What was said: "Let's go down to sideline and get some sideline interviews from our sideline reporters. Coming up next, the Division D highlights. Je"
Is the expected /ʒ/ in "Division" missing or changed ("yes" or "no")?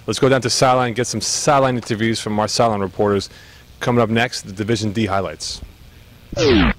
no